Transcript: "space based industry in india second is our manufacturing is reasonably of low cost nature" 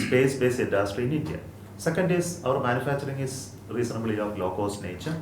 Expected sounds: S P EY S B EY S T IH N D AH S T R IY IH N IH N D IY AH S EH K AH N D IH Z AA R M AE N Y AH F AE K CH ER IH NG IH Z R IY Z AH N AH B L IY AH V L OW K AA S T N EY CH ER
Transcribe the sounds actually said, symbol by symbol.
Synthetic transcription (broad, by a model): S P EY S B EY S IY N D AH S T R IY IH N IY N D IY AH S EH K AH N D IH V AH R M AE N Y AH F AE K CH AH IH NG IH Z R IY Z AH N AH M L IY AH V L OW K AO S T N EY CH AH